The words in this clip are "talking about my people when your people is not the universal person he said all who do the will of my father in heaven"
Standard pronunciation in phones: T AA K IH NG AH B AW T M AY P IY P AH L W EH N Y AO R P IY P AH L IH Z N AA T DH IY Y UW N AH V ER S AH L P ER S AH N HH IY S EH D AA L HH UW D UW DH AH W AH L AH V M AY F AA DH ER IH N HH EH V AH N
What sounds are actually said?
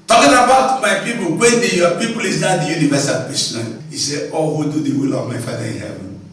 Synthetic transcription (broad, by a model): T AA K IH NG AH B AW T M AY P IY P AH L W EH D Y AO P IY P AH L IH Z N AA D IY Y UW N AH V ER S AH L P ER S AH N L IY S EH AA L HH UW D UW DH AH W AH L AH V M AY F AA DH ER IH N HH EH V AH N